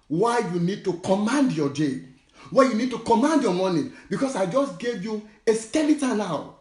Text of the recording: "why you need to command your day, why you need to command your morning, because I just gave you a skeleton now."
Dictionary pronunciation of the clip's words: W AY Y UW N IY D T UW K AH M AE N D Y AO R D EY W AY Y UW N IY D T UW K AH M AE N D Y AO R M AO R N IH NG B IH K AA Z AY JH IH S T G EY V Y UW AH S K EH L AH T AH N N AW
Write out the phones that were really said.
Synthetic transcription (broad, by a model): W AY Y UW N IY D T UW K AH M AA N D Y AO D EY W AY Y UW N IY D T UW K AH M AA N D Y AO M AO N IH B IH K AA S AY JH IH S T G EY V Y UW AH S K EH L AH T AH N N AW